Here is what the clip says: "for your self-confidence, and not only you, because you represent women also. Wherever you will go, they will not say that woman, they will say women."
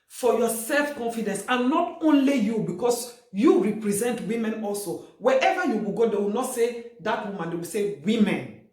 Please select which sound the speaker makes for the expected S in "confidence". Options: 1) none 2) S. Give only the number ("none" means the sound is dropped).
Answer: 2